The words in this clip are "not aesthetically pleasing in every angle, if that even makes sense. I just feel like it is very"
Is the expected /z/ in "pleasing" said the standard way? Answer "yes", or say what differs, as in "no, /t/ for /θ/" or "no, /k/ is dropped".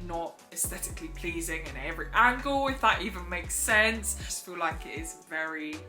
yes